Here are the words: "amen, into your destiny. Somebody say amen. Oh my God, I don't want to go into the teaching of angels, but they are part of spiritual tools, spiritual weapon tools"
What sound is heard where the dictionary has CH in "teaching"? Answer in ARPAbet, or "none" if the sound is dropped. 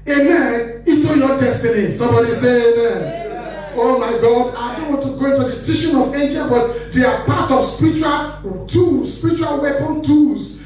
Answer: SH